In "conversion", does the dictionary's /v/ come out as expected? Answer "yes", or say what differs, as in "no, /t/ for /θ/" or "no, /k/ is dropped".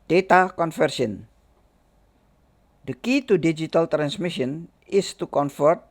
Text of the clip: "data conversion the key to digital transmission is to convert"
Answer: no, /f/ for /v/